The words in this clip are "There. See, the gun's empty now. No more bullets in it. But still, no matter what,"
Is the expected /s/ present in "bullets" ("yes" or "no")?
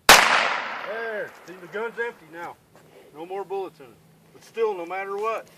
no